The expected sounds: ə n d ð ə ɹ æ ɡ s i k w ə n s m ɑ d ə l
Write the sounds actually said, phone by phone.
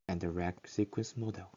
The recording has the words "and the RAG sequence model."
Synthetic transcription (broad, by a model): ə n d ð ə ɹ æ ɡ s i k w ə n s m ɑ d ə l